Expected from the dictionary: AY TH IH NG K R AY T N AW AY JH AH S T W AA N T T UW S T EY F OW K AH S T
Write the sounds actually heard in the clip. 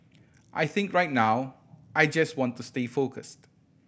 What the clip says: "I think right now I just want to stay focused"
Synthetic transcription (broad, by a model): AY TH IH NG K R AY T N AW AY JH AH S T W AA N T T UW S T EY F OW K AH S T